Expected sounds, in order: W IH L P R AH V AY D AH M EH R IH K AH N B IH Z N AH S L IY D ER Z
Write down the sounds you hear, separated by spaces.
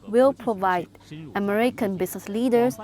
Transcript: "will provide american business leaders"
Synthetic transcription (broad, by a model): W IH L P R AH V AY D AH M EH R IH K AH N B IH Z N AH S L IY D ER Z